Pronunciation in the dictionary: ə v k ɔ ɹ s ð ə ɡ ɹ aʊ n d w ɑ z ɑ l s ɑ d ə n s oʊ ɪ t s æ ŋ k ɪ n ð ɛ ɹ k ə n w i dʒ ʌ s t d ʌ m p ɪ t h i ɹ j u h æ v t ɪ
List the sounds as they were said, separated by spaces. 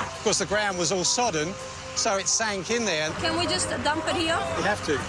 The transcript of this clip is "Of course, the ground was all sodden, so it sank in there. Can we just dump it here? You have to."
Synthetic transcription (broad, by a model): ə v k ɔ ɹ s ð ə ɡ ɹ aʊ n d w ɑ z ɑ l s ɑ d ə n s oʊ ɪ t s æ ŋ k ɪ n ð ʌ ɹ k ə n w i dʒ ʌ s t d ʌ m p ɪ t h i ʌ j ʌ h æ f t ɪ